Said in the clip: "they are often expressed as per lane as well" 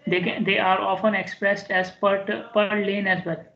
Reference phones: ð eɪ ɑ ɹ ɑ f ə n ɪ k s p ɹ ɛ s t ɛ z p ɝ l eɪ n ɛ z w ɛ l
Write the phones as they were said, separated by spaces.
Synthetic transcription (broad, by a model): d eɪ ɑ ɹ ɑ f ə n ɪ k s p ɹ ɛ s t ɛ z p ɝ l eɪ n ɛ z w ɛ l